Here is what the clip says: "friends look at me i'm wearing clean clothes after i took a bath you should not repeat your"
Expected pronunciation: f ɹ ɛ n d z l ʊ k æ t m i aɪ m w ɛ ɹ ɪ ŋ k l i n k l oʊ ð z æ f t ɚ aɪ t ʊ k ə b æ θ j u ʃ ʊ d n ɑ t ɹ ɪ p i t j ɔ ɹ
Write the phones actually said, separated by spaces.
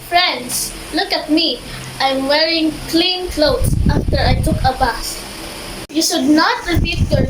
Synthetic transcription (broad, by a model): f ɹ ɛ n d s l ʊ k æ t m i aɪ m w ɛ ɹ ɪ ŋ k l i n k l oʊ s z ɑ f t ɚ aɪ t ʊ k ə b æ s j u ʃ ʊ d n ɑ t ɹ ɪ p i t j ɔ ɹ